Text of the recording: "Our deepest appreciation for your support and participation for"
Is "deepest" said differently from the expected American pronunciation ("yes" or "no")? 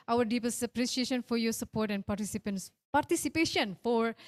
yes